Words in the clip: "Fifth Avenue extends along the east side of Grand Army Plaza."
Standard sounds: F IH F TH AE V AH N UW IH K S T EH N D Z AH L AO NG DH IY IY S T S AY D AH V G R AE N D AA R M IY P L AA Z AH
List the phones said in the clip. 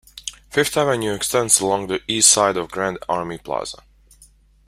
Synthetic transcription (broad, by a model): F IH F T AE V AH N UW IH K S T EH N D S AH L AO NG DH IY IY S T S AY D AH V G R AE N D AA R M IY P L AA Z AH